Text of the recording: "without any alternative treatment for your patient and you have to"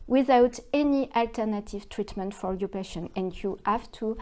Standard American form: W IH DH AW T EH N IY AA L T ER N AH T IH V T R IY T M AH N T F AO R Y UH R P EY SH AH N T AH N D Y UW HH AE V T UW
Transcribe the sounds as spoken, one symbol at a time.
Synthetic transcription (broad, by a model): W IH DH AW T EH N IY AA L T ER N AH T IH V T R IY T M AH N T F AO R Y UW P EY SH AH N AH N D Y UW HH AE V T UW